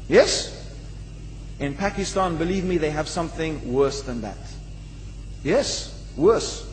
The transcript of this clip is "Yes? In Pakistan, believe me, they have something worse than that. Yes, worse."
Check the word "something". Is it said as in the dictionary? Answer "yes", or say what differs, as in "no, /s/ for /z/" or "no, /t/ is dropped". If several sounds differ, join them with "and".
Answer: yes